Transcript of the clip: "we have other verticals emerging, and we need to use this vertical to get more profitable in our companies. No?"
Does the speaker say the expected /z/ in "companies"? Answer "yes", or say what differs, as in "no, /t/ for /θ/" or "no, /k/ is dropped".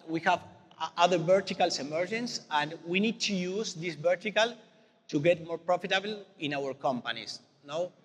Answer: no, /s/ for /z/